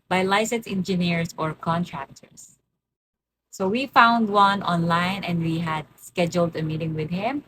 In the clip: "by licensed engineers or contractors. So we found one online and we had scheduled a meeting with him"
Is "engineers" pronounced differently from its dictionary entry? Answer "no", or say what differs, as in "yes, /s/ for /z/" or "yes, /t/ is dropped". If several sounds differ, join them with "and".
yes, /s/ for /z/